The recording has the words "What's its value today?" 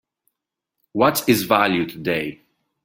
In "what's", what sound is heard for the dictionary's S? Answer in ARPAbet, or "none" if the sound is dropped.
none